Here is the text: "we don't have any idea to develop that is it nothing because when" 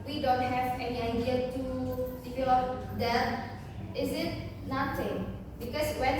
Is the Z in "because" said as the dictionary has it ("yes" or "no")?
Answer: no